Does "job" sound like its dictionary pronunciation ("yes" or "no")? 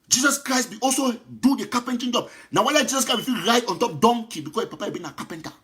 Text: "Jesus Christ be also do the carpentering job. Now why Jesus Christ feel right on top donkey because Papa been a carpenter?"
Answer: yes